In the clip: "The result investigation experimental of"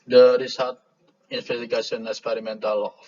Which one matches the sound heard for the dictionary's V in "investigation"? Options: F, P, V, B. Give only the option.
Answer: F